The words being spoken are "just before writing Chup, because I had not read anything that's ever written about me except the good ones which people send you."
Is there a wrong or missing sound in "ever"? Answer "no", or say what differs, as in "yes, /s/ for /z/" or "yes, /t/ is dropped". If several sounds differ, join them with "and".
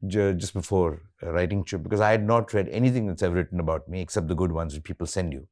yes, /v/ is dropped